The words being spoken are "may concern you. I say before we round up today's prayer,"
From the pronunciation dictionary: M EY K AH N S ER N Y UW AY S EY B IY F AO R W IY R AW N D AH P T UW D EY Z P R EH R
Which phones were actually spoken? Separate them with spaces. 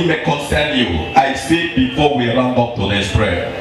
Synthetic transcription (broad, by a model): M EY K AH N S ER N Y UW AY S EY B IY F AO W IY R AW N AO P T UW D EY S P R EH